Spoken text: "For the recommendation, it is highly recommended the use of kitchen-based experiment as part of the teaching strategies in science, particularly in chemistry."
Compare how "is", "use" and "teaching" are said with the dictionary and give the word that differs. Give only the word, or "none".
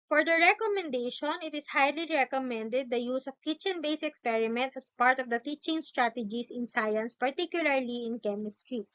is